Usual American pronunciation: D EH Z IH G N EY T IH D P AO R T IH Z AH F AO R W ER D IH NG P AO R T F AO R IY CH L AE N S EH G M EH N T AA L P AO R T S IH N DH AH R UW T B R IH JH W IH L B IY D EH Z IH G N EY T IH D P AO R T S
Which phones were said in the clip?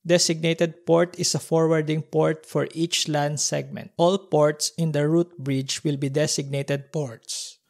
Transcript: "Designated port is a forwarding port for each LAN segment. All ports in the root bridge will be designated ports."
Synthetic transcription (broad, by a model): D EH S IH G N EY T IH D P AO R T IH S AH F AO R W ER D IH NG P AO R T F AO R IY CH L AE N S EH G M EH N T AA L P AO R T S IH N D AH R UW T B R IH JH W IH L B IY D EH S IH G N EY T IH D P AO R T S